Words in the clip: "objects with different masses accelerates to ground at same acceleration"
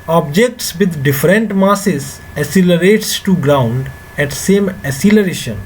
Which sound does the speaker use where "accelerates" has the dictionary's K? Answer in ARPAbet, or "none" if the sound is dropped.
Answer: none